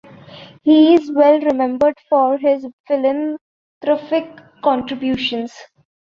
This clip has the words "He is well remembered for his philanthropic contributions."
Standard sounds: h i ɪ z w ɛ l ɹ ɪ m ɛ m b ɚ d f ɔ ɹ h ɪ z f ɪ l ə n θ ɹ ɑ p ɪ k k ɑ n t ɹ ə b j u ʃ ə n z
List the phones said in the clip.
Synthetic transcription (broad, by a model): h i ɪ z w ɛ l ɹ ɪ m ɛ m b ɚ d f ɔ ɹ h ɪ z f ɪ l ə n t ɹ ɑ f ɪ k k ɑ n t ɹ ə b j u ʃ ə n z